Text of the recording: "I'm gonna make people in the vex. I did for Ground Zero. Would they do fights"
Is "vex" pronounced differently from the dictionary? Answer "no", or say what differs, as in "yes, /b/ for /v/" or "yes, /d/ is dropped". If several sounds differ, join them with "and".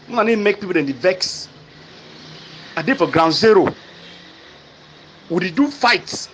no